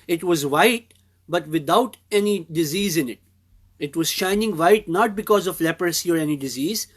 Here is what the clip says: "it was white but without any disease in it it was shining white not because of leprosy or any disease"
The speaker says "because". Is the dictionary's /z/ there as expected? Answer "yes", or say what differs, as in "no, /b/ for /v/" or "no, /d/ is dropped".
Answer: yes